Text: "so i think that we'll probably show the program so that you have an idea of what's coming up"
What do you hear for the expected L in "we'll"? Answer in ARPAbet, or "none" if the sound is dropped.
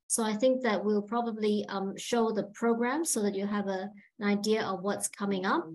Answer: L